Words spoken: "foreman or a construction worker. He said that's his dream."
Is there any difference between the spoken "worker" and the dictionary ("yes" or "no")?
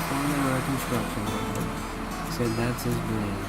yes